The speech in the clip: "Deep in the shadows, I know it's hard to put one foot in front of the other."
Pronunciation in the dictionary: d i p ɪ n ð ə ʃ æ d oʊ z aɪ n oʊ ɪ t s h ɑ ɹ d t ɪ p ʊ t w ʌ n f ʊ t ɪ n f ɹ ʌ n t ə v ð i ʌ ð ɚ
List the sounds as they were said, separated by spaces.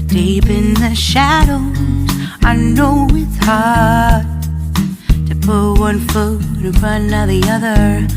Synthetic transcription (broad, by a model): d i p ɪ n ð ə ʃ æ d oʊ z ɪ n oʊ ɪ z h ɑ ɹ d t ɪ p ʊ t w ʌ n f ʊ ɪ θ ɹ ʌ n ə ð i ʌ ð ɚ